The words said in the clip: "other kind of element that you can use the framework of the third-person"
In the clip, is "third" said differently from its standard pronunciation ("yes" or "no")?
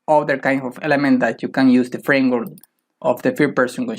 yes